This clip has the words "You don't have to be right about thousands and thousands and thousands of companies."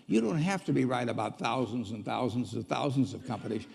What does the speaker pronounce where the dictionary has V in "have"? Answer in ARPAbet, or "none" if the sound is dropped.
F